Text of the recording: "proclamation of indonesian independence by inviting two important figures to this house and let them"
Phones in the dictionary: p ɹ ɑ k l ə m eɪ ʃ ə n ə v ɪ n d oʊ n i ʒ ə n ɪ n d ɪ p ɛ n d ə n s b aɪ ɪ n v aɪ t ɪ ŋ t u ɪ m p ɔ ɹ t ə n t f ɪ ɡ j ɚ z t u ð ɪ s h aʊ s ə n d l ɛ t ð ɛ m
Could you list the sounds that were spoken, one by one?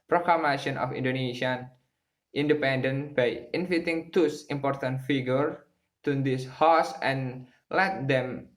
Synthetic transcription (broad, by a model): p ɹ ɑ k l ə m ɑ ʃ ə n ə f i n d oʊ n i s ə n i n d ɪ p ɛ n d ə n b aɪ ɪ n f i t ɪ ŋ t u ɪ m p ɔ ɹ t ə n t f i ɡ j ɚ t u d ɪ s h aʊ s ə n l ɛ t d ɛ m